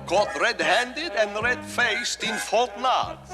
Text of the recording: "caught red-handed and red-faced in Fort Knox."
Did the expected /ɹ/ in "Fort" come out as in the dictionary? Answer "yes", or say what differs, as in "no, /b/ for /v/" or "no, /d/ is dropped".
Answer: no, /l/ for /ɹ/